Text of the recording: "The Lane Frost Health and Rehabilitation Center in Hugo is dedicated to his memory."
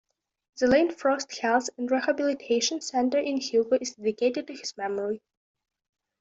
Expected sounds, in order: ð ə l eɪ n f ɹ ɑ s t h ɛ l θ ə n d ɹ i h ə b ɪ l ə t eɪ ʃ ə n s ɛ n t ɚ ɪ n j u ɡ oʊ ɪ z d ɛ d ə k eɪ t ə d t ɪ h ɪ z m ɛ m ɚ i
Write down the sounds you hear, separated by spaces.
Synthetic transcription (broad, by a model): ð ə l eɪ n f ɹ ɑ s t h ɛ l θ ə n d ɹ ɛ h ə b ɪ l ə t eɪ ʃ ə n s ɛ n t ɚ ɪ n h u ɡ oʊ ɪ z d ɛ d ə k eɪ t ə d t ɪ h ɪ z m ɛ m ɚ i